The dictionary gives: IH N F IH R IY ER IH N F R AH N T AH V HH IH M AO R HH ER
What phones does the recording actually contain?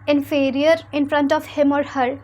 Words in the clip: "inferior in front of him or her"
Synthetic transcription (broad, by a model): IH N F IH R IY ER IH N F R AH N T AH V HH IH M AO R HH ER